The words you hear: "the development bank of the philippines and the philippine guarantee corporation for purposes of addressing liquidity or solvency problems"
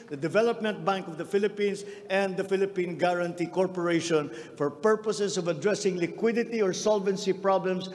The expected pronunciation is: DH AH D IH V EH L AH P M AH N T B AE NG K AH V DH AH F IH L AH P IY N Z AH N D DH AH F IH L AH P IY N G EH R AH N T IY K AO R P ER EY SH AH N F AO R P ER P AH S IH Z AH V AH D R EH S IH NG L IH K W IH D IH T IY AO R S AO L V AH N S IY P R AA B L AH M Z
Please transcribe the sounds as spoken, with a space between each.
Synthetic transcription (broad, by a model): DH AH D IH V EH L AH P M AH N T B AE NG K AH V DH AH F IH L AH P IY N S AH N D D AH F IH L AH P IY N G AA R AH N T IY K AO R P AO EY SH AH N F AO R P ER P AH S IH S AH V AH D R EH S IH NG L IH K W IH D IH T IY AO R S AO L V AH N S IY P R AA B L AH M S